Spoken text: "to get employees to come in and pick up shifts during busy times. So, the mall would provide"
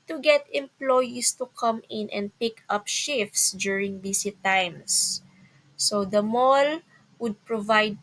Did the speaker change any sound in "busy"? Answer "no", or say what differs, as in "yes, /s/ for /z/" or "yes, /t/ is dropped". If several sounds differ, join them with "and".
yes, /s/ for /z/